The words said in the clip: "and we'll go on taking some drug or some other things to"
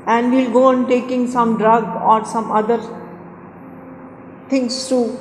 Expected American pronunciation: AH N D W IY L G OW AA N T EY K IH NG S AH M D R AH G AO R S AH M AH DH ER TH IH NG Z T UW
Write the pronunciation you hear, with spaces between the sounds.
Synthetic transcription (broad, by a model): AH N D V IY L G OW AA N T EY K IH NG S AH M D R AH G AO R S AH M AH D ER T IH NG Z T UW